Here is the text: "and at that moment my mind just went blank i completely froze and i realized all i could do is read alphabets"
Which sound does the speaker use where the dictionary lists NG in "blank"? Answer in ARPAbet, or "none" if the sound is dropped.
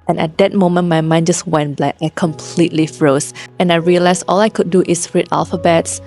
none